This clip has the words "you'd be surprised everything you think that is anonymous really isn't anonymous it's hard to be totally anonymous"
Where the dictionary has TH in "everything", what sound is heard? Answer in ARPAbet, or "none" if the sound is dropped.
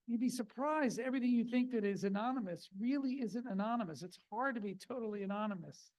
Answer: TH